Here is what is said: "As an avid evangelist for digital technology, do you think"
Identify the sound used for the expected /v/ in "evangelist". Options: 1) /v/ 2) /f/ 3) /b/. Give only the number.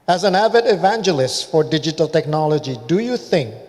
1